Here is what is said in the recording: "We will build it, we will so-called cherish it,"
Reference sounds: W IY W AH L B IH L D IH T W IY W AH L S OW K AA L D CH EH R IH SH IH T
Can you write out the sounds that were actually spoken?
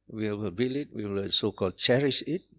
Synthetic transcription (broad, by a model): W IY W AH L B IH L IH T W IY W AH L S OW K AA L D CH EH R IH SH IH T